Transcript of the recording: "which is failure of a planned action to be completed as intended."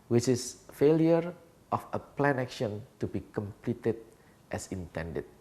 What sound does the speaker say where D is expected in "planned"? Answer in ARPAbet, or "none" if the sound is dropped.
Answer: none